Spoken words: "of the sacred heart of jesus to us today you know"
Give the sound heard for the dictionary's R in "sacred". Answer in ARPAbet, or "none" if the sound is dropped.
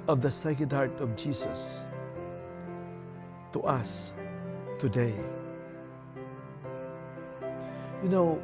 none